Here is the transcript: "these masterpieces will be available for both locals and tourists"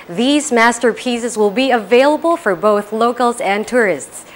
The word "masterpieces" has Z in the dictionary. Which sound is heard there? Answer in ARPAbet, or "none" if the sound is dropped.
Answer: Z